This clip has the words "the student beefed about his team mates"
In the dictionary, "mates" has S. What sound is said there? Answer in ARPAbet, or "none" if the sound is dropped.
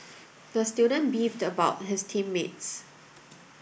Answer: S